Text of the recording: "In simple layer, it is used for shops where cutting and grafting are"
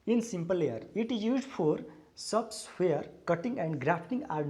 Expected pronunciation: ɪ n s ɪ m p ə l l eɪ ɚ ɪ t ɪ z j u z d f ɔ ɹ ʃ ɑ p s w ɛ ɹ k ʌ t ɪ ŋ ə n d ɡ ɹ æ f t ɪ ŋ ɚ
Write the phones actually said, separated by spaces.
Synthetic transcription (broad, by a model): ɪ n s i m p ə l l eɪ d ɪ t ɪ z j u z d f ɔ ɹ s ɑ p s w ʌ ɹ k ʌ t ɪ ŋ ə n d ɡ ɹ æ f t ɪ ŋ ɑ